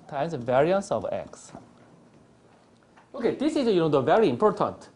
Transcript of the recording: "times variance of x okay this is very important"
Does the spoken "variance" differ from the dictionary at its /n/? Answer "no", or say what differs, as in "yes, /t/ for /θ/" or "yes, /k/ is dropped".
no